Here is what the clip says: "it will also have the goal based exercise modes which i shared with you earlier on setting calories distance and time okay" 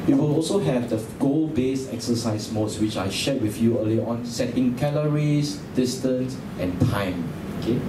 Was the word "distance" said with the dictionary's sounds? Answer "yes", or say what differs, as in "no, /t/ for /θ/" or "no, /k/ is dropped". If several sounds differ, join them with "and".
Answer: yes